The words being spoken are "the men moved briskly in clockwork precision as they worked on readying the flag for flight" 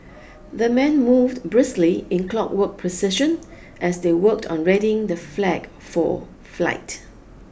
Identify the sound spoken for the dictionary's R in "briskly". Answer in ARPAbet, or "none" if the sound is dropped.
R